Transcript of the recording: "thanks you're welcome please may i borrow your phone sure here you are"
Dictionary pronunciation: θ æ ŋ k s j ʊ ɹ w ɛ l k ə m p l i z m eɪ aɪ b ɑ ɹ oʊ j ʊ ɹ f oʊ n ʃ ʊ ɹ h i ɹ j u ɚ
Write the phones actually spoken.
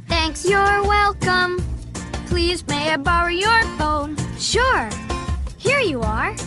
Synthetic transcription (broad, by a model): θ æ ŋ k s j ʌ ɹ w ɛ l k ə m p l i z m eɪ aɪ b ɑ ɹ oʊ j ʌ ɹ f oʊ n ʃ ʊ ɹ h i ɹ j u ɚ